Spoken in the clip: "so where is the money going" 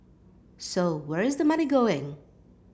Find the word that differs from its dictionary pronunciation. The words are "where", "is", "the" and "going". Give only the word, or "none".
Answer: none